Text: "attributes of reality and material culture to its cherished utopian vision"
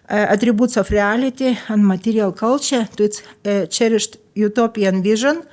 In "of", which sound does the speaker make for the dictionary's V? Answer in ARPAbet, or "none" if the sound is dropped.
F